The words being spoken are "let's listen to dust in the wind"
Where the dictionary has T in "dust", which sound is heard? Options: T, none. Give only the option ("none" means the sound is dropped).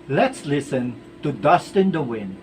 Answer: T